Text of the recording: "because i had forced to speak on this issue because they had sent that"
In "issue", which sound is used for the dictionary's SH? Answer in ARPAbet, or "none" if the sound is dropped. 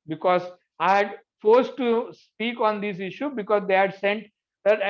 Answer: SH